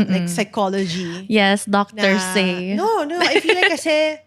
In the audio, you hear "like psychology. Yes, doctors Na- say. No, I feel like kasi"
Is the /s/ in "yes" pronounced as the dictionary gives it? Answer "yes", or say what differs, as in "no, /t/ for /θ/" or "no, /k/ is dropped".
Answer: yes